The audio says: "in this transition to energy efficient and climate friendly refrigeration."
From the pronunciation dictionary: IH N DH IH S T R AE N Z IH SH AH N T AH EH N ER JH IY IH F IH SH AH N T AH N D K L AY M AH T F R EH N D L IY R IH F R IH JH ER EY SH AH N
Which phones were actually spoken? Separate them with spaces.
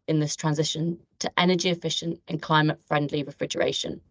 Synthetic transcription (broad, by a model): IH N DH IH S T R AE N Z IH SH AH N T AH EH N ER JH IY IH F IH SH AH N T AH N K L AY M AH T F R EH N D L IY R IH F R IH JH ER EY SH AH N